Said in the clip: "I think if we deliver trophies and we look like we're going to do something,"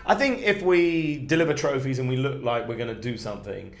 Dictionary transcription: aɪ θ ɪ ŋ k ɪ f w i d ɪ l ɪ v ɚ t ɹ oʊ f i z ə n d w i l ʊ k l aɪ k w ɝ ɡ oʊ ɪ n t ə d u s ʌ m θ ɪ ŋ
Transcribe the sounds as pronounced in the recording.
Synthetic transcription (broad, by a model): aɪ θ ɪ ŋ k ɪ f w i d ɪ l ɪ v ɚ t ɹ oʊ f i z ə n w i l ʊ k l aɪ k w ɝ ɡ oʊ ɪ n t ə d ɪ s ʌ m θ ɪ ŋ